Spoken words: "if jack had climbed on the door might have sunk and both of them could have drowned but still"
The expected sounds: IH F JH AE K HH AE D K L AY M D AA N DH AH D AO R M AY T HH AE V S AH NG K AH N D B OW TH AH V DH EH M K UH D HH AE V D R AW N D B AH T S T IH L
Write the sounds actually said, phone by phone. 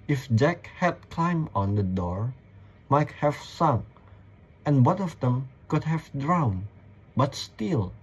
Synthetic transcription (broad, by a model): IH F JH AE K HH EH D K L AY M AA N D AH D AO R M AY T HH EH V S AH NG AH N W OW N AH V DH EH M K UH D HH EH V D R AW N B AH T S T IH L